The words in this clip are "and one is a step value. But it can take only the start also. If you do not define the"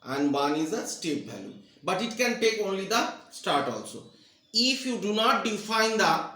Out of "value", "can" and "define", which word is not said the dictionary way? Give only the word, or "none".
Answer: value